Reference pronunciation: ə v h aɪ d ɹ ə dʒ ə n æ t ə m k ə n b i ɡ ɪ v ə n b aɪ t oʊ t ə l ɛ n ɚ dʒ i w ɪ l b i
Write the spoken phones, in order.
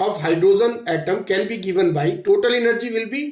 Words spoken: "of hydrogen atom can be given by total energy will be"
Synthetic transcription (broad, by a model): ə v h aɪ d ɹ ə z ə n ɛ t ə m k ə n b i ɡ ɪ v ə n b aɪ t oʊ t ə l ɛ n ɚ dʒ i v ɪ l b i